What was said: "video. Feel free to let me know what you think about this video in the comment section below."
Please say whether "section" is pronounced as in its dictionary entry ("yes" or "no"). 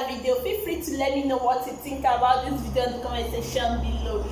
no